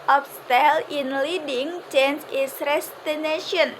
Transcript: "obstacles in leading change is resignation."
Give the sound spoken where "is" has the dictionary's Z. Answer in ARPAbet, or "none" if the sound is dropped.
S